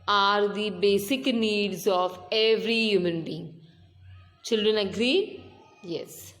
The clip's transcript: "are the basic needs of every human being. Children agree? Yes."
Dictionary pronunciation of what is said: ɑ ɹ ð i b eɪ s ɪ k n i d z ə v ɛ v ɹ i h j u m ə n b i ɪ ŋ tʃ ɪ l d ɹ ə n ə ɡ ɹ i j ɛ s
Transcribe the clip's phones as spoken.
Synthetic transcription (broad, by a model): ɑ ɹ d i b eɪ s ɪ k n i d z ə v ɛ v ɹ i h j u m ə n b i ɪ ŋ tʃ ɪ l d ɹ ə n ə ɡ ɹ i j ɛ s